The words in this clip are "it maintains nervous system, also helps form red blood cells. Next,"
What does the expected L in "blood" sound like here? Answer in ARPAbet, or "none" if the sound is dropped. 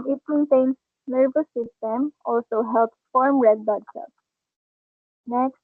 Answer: none